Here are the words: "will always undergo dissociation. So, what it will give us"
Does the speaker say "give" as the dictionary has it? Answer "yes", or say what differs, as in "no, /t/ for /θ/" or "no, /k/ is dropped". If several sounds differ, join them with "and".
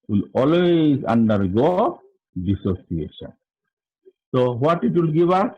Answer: no, /b/ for /v/